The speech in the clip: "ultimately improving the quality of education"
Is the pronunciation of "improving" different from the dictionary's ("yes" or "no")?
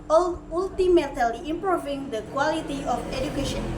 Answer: no